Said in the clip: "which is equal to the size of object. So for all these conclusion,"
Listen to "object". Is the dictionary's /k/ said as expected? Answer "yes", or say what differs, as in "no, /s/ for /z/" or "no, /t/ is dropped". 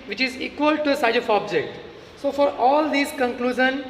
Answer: yes